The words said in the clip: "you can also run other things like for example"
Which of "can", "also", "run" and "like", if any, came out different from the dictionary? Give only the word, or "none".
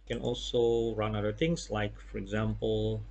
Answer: none